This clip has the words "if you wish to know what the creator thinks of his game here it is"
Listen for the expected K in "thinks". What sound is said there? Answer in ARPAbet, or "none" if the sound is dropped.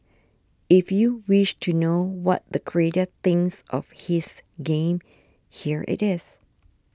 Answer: none